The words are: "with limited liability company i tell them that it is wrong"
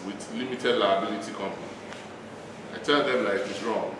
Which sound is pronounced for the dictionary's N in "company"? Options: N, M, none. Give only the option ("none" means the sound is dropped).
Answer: none